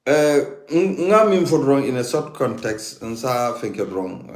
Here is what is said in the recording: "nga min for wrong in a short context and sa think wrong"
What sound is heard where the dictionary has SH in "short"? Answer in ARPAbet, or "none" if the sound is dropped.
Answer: S